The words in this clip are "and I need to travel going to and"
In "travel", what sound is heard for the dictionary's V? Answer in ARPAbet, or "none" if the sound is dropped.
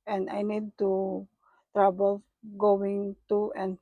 B